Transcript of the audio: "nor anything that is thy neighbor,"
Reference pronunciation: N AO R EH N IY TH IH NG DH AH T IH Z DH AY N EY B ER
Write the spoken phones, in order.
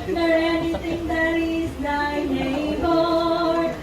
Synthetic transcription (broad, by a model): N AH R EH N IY T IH NG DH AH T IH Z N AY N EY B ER